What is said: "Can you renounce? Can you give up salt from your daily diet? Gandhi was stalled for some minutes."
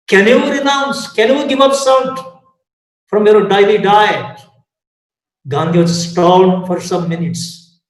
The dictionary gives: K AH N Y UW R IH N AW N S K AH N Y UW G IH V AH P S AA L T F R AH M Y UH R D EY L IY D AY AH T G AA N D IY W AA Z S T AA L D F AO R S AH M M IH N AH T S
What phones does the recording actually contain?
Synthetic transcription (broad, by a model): K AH N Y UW R IH N AW N S K AH N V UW G IH V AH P S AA N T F R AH M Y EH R D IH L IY D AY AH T G AA N D IY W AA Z S T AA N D F AO R S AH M M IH N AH T S